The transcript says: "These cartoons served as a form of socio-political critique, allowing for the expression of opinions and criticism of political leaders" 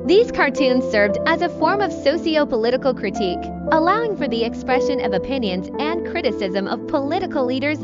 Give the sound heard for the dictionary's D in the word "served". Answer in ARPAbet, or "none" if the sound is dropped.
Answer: D